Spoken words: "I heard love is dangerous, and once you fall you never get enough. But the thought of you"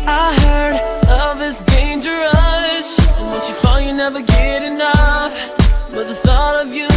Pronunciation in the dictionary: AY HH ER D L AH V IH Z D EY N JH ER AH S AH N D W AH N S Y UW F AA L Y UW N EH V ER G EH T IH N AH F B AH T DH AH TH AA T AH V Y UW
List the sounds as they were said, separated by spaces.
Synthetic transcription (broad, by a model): AY HH ER D AH V IH S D EY N JH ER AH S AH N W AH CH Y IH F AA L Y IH N EH V ER G EH T IH N AH F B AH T DH AH TH AA T AH V Y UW